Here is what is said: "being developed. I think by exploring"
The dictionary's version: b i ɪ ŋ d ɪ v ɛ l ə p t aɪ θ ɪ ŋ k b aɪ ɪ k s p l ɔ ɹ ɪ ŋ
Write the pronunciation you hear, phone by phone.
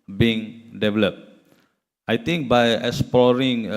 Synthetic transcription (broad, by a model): b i ŋ d ɪ v ɛ l ə p t aɪ t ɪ ŋ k b aɪ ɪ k s p l ɔ ɹ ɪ ŋ